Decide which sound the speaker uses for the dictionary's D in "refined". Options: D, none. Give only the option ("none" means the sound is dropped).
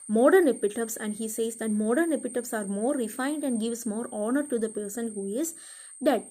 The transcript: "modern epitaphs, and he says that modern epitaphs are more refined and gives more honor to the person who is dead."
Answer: D